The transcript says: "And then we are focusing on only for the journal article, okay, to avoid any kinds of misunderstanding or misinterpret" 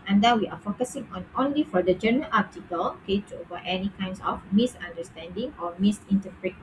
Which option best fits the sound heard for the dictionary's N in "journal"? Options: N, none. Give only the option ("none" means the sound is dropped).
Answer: none